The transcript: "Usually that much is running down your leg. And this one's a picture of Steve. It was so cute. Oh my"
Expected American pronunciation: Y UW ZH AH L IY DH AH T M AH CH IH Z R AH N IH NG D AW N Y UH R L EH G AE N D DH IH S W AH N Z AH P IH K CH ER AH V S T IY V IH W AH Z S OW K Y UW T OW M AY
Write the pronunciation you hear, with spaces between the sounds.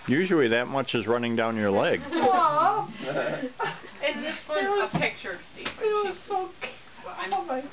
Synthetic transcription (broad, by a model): Y UW ZH L IY DH AH T M AH CH IH Z R AH N IH NG D AW N Y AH R L EH G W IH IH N AH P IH K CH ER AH S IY IH W AH Z S OW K OW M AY